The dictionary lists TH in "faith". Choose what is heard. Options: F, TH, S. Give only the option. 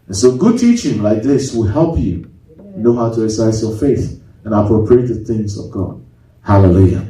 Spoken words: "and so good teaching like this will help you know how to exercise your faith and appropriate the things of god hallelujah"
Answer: TH